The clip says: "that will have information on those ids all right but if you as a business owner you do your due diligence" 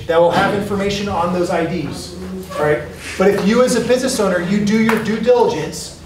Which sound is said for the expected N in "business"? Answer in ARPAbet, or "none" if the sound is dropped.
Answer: none